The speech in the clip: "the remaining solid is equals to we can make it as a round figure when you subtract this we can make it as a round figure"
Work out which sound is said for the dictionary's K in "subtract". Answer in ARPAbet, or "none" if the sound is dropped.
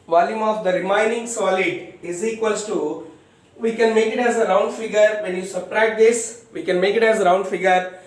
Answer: none